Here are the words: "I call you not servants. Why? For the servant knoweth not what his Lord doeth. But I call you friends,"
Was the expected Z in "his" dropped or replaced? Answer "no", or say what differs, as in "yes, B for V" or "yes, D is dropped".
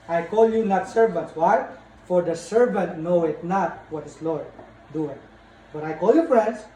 yes, S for Z